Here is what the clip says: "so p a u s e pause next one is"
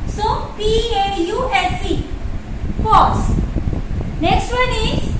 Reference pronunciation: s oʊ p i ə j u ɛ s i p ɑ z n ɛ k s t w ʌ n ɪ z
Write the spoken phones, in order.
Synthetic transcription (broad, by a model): s oʊ p i ə j u ɛ s i f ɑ s n ɛ k s t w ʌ n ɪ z